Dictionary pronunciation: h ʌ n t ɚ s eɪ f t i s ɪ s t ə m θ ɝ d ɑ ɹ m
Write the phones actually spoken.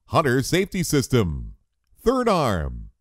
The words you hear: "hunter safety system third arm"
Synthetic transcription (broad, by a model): h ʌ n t ɚ s eɪ f t i s ɪ s t ə m θ ɝ d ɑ ɹ m